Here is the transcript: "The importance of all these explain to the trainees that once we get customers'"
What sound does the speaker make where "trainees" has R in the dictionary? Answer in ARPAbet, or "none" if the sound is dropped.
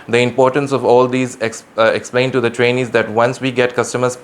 R